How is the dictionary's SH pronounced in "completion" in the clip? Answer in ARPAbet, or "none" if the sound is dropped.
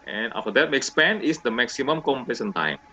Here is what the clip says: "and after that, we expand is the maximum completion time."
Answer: S